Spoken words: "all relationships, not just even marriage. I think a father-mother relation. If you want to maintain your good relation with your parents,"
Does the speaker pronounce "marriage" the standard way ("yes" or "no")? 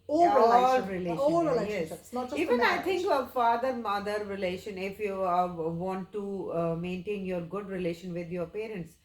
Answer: no